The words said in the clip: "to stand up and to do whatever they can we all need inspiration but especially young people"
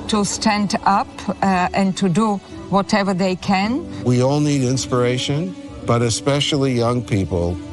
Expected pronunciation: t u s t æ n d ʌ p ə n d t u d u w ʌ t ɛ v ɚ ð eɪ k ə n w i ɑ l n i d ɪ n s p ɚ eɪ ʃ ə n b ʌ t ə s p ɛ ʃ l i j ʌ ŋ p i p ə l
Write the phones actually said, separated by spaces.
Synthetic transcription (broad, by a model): t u s t æ n d ʌ p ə n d t u d u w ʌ t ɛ v ɚ ð eɪ k ə n w i ɑ l n i d ɪ n s p ɚ eɪ ʃ ə n b ʌ t ə s p ɛ ʃ l i j ʌ ŋ p i p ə l